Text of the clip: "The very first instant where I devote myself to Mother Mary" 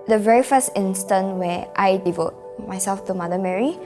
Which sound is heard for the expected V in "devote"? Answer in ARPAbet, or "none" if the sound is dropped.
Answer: V